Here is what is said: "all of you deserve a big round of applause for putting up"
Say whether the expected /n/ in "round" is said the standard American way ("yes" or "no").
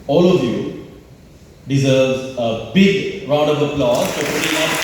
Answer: no